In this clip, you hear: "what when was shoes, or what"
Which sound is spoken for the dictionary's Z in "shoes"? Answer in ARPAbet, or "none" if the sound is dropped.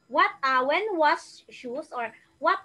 S